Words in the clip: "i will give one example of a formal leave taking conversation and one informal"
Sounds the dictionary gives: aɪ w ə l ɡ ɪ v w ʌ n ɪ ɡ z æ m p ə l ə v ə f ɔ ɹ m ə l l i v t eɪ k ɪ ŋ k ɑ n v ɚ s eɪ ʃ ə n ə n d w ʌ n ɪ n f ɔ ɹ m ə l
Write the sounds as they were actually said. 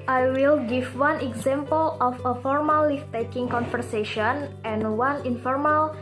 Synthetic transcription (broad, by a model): aɪ w ə l ɡ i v w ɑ n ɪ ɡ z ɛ m p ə l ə f ə f ɔ ɹ m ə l l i f t eɪ k ɪ ŋ k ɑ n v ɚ s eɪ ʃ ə n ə n w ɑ n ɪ n f ɔ ɹ m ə l